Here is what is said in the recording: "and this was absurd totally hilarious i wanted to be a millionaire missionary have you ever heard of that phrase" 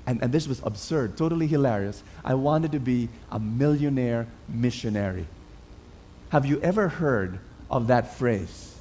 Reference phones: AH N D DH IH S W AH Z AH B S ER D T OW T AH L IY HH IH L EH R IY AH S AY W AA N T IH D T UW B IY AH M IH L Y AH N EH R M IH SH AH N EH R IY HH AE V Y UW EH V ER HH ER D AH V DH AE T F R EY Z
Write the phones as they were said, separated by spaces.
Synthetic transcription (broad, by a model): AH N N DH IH S W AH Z AH B S ER D T OW T AH L IY HH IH L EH R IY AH S AY W AA N T IH D T UW B IY AH M IH L Y AH N EH R M IH SH AH N EH R IY HH AE V Y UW EH V ER HH ER D AH V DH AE T F R EY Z